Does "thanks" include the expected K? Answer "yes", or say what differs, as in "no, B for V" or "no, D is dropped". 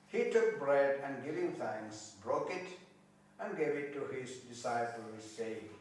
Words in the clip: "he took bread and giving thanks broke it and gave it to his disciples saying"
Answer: no, K is dropped